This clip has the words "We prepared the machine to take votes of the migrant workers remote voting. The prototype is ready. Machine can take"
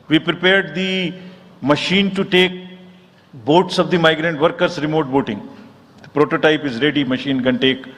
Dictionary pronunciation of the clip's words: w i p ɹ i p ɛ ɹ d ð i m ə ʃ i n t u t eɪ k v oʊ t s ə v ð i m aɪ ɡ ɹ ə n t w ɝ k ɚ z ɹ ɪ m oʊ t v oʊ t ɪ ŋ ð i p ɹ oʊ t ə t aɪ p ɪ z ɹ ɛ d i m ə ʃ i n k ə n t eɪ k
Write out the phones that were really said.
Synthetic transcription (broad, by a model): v i p ɹ i p ɛ ɹ d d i m ə ʃ i n t u t eɪ k b oʊ t s ə v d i m aɪ ɡ ɹ ə n t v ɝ k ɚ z ɹ ɪ m oʊ t b oʊ t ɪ ŋ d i p ɹ oʊ t ə t aɪ p ɪ z ɹ ɛ d i m ə ʃ i n k ə n t eɪ k